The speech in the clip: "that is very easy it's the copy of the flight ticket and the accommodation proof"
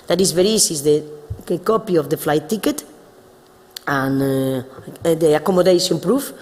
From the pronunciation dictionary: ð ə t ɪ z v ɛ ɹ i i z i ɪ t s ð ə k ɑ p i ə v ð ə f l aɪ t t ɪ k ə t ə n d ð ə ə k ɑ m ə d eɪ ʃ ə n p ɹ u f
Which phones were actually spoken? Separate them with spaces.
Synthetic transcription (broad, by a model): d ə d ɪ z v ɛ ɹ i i s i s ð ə k ɑ p i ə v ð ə f l aɪ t t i k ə t ə n d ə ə k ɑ m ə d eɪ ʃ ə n p ɹ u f